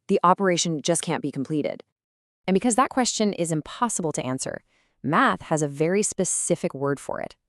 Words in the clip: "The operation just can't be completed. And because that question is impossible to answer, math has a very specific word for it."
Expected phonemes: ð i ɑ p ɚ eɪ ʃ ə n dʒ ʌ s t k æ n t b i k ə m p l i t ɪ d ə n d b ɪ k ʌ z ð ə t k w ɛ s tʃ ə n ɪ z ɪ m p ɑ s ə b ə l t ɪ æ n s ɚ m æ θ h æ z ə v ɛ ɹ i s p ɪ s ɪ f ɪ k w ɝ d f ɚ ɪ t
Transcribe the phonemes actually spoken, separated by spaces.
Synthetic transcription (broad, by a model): ð i ɑ p ɚ eɪ ʃ ə n dʒ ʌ s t k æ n b i k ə m p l i t ɪ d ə n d b ɪ k ʌ z ð ə t k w ɛ s tʃ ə n ɪ z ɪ m p ɑ s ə b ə l t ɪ æ n s ɚ m æ θ h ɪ z ə v ɛ ɹ i s p ɪ s ɪ f ɪ k w ɝ d f ɚ ɪ t